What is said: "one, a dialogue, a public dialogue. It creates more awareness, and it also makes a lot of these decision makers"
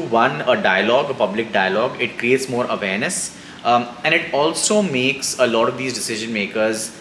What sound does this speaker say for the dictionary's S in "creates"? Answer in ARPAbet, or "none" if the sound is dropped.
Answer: S